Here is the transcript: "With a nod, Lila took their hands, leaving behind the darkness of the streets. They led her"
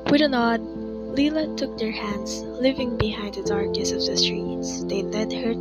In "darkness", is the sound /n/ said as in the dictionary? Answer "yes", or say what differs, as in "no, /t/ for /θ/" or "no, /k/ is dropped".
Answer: no, /n/ is dropped